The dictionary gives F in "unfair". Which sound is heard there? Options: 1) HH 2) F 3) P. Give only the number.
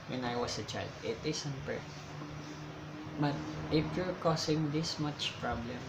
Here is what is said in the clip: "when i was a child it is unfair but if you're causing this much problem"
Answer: 3